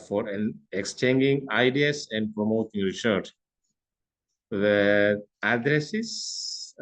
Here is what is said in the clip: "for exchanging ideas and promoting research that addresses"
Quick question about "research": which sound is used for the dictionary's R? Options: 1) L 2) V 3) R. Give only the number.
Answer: 1